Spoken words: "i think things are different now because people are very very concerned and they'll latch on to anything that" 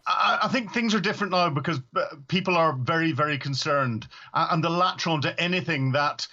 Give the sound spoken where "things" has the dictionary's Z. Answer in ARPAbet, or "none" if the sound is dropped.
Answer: Z